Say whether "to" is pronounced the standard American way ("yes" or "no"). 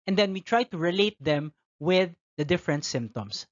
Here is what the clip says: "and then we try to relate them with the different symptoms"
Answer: yes